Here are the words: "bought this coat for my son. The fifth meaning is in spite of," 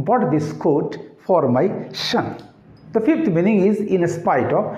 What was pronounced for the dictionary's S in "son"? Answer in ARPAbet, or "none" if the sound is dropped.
SH